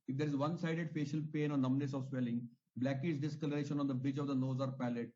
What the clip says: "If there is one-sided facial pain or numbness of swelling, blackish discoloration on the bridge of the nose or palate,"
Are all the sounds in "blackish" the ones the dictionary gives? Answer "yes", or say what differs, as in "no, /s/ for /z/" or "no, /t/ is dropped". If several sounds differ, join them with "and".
no, /s/ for /ʃ/